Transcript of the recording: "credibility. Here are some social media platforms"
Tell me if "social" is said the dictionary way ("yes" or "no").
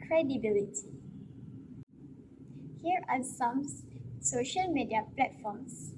yes